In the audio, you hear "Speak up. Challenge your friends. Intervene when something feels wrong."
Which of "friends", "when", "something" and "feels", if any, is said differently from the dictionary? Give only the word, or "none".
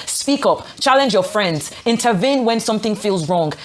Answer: none